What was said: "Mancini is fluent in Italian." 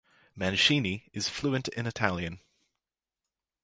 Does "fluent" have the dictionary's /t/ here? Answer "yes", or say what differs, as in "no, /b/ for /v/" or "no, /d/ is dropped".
yes